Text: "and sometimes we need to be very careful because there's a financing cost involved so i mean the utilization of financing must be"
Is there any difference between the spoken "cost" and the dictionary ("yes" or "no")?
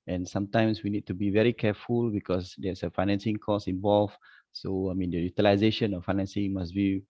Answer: yes